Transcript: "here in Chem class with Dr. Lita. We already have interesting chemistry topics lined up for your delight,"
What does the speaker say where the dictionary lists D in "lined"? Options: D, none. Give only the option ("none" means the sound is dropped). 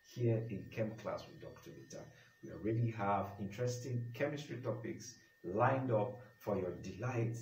D